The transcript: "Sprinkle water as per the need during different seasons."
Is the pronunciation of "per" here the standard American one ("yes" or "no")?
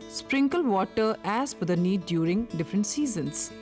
no